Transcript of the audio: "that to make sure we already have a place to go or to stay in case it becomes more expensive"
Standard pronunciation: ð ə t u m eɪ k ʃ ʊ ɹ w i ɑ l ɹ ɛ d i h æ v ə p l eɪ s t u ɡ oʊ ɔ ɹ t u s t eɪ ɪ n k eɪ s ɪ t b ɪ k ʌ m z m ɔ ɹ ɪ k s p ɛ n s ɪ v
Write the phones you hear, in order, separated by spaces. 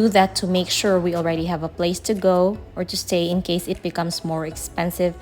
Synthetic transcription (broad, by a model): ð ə t u m eɪ k ʃ ʊ ɹ w i ɑ l ɹ ɛ d i h æ v ə p l eɪ s t u ɡ oʊ ɔ ɹ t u s t eɪ ɪ n k eɪ s ɪ t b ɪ k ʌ m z m ɔ ɹ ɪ k s p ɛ n s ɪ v